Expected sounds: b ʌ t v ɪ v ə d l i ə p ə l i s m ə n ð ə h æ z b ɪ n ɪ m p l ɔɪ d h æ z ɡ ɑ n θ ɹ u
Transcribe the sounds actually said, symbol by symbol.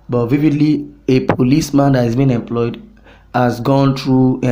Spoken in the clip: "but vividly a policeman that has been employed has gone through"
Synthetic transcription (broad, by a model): b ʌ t v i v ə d l i ə p ə l i s m ə n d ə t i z b ɪ n ɪ m p l ɔɪ d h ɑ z ɡ ɑ n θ ɹ u